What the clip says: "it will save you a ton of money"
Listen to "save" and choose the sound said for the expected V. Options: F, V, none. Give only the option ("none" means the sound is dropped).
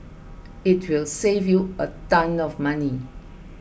V